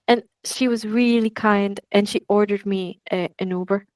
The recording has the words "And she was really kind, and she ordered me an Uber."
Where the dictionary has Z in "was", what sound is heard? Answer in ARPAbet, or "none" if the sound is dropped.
Z